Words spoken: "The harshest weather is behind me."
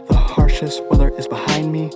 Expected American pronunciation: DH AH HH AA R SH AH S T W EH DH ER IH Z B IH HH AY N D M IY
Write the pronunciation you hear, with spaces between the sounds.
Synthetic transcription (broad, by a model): DH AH HH AA R SH AH S T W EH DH ER IH Z B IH HH AY N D M IY